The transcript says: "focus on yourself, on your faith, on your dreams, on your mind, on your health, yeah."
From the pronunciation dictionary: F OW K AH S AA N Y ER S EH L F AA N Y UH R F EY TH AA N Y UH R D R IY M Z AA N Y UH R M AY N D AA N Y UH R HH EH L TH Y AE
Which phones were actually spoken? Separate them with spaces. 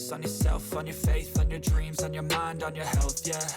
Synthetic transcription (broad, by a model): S N Y ER S EH L F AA N Y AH R F EY TH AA N Y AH R D R IY M Z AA N Y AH R M AY N D N Y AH R HH EH L TH Y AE